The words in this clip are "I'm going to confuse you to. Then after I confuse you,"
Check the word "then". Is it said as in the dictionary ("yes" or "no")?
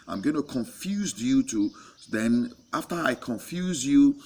yes